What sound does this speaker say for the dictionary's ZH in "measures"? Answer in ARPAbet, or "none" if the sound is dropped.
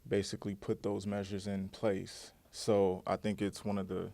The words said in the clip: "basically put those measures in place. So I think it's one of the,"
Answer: ZH